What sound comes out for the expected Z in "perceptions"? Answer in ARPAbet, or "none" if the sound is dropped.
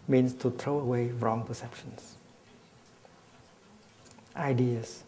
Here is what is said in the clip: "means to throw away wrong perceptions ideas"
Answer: S